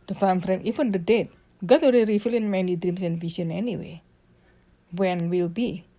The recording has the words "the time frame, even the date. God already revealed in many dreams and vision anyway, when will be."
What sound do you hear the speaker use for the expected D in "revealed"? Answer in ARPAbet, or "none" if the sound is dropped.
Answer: none